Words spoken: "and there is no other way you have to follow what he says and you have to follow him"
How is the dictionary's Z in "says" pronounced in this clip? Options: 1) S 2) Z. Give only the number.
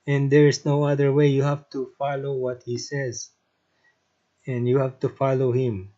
2